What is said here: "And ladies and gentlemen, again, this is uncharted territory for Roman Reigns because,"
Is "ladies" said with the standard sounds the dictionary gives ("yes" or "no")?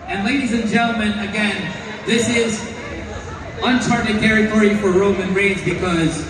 yes